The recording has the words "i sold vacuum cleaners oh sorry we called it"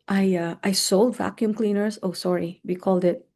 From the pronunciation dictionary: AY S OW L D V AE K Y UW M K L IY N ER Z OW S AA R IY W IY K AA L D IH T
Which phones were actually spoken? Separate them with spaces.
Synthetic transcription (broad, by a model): AY S OW L D V AE K Y UW M K L IY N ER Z OW S AA R IY W IY K AA L D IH T